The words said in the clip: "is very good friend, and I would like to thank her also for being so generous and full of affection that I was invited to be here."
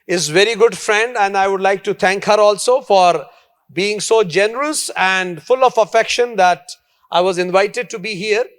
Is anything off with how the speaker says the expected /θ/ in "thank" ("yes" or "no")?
yes